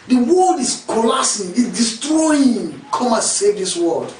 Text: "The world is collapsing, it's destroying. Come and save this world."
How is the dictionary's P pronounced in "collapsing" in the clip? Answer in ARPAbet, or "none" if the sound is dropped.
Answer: none